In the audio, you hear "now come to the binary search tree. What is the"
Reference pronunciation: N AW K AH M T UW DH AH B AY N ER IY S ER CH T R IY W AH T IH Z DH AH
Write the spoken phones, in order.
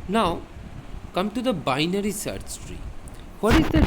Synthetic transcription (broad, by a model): N AW K AH M T UW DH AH B AY N ER IY S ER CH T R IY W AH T IH Z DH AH